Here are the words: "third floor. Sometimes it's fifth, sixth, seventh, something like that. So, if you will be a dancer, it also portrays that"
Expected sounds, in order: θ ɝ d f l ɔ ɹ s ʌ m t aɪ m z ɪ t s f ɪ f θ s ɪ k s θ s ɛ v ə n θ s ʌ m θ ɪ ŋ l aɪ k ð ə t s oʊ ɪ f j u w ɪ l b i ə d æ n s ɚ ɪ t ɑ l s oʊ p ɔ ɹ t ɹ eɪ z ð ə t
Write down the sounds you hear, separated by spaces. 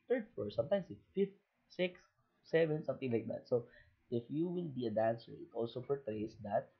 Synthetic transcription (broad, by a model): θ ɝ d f ɔ ɹ s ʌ m t aɪ m s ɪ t f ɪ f t s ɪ k s s ɛ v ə n s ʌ m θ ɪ ŋ l aɪ k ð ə t s oʊ ɪ f j u w ɪ l b i ə d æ n s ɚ ɪ t ɑ l s oʊ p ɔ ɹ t ɹ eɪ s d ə t